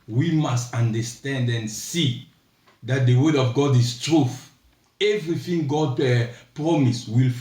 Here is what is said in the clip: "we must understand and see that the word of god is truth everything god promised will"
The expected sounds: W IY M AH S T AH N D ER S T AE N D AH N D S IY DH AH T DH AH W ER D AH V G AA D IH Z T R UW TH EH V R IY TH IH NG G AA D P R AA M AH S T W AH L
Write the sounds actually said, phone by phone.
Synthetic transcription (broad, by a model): W IY M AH S T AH N D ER S T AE N D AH N S IY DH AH T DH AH W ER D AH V G AA D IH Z T R UW TH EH V R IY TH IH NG G AA D P R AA M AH S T W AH L